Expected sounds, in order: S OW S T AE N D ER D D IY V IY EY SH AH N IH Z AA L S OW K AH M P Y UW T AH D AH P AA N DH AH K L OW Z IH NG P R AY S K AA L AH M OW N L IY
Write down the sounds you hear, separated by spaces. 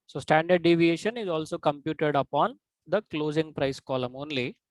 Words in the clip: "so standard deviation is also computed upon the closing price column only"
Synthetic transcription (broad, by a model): S OW S T AE N D ER D D IY V IY EY SH AH N IH Z AA L S OW K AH M P Y UW T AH D AH P AA N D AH K L OW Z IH NG P R AY S K AA L AH M OW N L IY